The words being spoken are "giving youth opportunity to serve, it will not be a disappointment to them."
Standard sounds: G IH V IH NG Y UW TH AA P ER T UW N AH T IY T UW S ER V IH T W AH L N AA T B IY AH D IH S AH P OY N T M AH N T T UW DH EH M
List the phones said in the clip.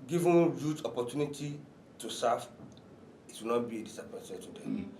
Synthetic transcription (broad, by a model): G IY V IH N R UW T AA P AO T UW N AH T IY T UW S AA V IH T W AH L N AA T B IY AH D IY S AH P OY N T AH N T T UW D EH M